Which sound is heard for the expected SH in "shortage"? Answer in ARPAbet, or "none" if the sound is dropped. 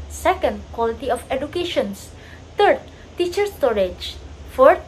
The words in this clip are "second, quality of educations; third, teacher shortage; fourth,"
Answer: S